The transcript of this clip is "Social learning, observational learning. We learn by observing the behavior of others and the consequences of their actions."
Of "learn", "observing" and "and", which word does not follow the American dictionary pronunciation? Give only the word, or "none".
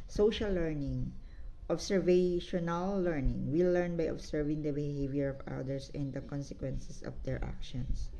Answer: observing